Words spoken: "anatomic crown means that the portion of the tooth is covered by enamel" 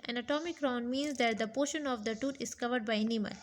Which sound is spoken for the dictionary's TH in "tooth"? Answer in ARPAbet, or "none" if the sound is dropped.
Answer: T